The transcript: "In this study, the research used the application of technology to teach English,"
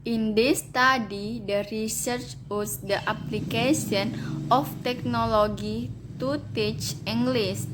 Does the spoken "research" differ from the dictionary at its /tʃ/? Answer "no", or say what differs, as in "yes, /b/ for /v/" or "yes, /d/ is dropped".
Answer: no